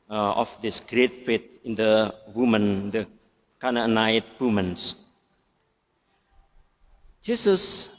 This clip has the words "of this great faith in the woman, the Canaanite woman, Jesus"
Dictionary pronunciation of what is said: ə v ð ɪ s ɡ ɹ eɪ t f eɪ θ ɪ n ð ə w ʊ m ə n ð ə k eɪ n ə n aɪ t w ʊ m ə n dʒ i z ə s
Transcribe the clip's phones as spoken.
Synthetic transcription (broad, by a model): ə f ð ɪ s ɡ ɹ eɪ t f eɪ t ɪ n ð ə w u m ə n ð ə k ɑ n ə n aɪ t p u m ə n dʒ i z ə s